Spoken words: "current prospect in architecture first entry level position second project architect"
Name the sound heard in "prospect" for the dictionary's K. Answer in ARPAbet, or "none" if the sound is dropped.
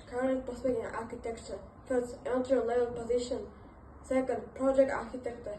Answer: none